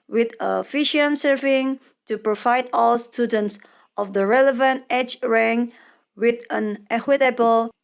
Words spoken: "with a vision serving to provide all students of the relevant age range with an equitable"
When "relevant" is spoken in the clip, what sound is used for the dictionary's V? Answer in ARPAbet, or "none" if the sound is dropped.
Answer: V